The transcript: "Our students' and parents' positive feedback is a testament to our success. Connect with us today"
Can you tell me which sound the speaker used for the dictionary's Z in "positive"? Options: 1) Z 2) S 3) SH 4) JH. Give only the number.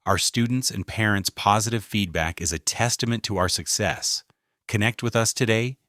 1